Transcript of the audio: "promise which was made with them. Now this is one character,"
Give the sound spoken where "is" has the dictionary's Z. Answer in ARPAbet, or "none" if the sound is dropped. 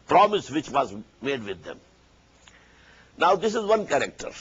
Z